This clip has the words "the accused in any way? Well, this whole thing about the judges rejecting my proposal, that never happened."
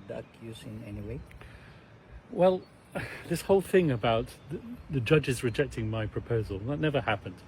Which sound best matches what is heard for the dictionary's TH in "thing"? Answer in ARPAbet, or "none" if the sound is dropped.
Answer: TH